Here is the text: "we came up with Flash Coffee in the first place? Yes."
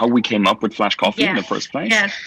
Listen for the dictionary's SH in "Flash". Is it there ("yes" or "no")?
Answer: yes